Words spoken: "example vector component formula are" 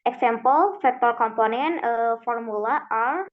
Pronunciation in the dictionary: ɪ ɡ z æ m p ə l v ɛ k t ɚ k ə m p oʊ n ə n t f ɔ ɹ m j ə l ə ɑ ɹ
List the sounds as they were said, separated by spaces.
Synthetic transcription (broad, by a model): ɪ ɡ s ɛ m p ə l f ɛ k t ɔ k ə m p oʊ n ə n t f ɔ ɹ m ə l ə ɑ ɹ